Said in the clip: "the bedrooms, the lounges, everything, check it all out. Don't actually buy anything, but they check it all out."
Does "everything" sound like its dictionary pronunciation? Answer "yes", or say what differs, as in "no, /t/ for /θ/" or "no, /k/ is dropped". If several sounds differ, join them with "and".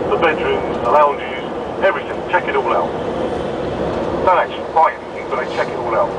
yes